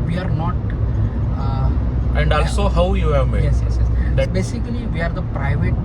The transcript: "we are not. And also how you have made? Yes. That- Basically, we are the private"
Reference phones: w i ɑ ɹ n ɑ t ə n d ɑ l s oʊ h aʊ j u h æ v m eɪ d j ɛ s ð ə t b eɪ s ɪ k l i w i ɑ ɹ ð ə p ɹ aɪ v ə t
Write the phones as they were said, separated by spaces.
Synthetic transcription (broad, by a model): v i ɑ ɹ n ɑ t ə n d ɑ l s oʊ h aʊ j u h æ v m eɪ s j ɛ s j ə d b eɪ s ɪ k l i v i ɑ ɹ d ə p ɹ aɪ v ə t